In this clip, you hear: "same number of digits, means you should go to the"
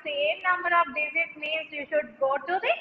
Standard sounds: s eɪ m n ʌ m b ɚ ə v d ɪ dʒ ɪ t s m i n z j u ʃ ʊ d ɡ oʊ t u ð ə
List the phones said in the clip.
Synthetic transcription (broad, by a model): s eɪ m n ʌ m b ɚ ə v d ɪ z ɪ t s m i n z j u ʃ ʊ d ɡ oʊ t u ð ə